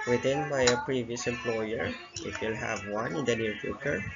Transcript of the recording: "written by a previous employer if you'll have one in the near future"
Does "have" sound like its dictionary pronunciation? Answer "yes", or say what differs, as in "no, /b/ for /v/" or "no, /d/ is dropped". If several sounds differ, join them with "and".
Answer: yes